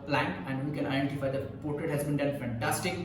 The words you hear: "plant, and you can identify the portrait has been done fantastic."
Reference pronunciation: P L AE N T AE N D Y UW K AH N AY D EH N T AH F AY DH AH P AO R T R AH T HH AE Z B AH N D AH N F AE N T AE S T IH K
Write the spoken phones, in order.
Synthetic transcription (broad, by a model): P L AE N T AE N D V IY K AH N AY D EH N T AH F AY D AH P AO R T R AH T HH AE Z B AH N D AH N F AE N T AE S T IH K